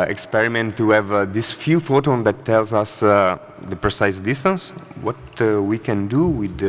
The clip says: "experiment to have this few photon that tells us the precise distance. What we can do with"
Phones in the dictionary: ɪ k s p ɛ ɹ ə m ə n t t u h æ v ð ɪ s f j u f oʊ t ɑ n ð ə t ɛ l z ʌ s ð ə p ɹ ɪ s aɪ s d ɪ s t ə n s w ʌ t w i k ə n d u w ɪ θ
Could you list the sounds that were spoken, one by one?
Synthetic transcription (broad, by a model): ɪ k s p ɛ ɹ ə m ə n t t u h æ v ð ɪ s f j u f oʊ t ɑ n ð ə t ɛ l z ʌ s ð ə p ɹ ɪ s aɪ s d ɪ s t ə n s w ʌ t w i k ə n d u w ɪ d